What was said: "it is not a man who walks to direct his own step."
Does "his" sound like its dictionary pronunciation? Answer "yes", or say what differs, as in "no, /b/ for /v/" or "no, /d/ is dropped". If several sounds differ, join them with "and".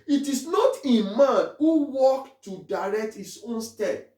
no, /s/ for /z/